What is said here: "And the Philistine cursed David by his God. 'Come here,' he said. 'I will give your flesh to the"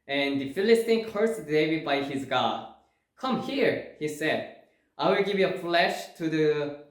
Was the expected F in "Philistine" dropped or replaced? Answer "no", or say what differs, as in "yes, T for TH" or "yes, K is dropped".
no